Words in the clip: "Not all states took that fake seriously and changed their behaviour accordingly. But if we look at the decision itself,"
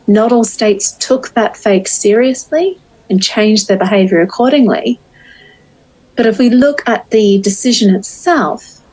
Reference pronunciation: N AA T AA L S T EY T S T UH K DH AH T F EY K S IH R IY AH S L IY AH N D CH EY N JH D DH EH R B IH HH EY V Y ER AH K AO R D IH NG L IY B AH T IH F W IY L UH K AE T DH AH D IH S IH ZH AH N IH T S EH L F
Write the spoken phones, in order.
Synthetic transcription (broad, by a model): N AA T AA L S T EY T S T UH K DH AH T F EY K S IH R IY AH S L IY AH N CH EY N JH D DH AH R B IH HH EY V Y ER AH K AO R D IH NG L IY B AH T IH F W IY L UH K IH T DH AH D IH S IH ZH AH N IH T S EH L F